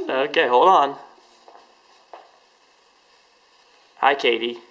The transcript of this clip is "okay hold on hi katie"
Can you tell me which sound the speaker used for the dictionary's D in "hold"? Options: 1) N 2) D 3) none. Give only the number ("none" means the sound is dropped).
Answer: 3